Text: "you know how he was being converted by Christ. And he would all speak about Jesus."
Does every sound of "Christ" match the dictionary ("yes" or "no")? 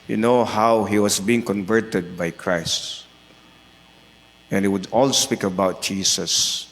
yes